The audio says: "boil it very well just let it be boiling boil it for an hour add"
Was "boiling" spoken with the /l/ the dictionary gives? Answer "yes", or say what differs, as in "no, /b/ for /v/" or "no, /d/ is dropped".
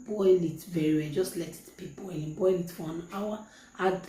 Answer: no, /l/ is dropped